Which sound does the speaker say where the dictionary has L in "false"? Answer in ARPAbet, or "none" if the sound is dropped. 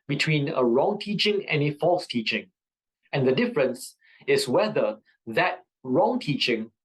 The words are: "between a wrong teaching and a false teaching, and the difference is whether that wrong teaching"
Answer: L